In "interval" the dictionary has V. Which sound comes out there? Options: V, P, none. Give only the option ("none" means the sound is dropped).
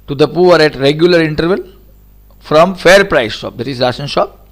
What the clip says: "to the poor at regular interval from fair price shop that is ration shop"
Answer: V